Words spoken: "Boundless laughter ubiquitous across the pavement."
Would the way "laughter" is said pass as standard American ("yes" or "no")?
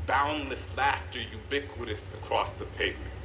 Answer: yes